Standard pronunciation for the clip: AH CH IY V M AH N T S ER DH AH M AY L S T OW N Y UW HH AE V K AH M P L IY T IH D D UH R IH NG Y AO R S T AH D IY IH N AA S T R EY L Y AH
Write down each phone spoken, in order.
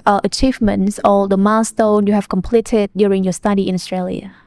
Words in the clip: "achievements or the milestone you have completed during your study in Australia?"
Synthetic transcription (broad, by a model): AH CH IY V M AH N T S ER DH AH M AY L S T OW N Y UW HH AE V K AH M P L IY T IH D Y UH R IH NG Y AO S T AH D IY IH N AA S T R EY L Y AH